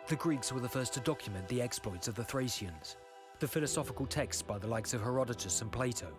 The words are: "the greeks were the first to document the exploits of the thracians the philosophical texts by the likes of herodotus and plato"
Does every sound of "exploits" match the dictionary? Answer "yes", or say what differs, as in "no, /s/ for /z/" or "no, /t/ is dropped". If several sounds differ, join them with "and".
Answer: yes